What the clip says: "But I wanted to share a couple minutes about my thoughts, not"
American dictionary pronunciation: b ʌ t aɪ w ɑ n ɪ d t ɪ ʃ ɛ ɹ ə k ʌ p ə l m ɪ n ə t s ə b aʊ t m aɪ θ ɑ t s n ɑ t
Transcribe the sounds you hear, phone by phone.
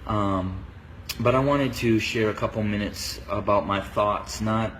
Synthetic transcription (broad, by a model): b ʌ t aɪ w ɑ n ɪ d t ɪ ʃ ɛ ɹ ə k ʌ p l m ɪ n ə t s ə b aʊ t m aɪ θ ɑ t s n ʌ t